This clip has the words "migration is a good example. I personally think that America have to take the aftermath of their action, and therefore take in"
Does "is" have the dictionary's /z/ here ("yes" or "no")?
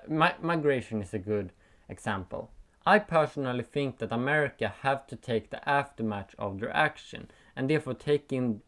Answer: no